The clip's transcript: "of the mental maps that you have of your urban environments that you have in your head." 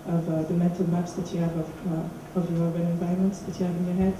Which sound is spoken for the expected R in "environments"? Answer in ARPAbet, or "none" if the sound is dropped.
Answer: none